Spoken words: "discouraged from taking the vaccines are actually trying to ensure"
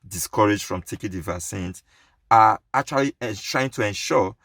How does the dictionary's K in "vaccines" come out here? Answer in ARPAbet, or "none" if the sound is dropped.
none